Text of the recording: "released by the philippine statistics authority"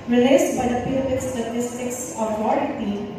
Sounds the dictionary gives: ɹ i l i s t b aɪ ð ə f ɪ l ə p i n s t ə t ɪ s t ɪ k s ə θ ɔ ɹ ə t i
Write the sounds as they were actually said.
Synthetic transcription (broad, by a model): ɹ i l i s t b aɪ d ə p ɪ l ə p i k s t ə t ɪ s t ɪ k s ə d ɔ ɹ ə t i